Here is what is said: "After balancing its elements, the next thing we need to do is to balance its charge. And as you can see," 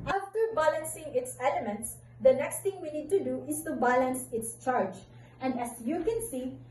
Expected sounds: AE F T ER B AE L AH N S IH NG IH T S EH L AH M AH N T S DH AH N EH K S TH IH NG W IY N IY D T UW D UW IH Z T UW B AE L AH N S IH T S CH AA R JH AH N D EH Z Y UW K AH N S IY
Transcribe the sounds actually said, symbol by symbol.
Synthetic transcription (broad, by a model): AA F T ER B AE L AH N S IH NG IH T S EH L AH M AH N T S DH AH N EH K S T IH NG W IY N IY D T UW D UW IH S T UW B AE L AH N S IH T S CH AA R JH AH N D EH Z Y UW K AH N S IY